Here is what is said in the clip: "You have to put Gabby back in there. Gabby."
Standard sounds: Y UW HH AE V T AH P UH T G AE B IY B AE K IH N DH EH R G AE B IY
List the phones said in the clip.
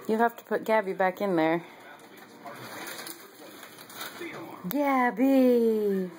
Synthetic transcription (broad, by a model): Y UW HH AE F T AH P UH T G AE B IY B AE K IH N DH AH R G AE B IY